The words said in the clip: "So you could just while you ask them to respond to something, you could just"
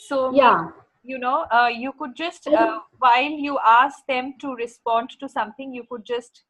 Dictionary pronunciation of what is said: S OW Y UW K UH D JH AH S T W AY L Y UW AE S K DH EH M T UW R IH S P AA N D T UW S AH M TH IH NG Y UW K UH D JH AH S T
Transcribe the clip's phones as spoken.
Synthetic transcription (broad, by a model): S OW Y UW K UH D JH AH S T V AY L Y UW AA S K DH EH M T UW R IH S P AA N D T UW S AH M T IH NG Y UW K UH D JH AH S T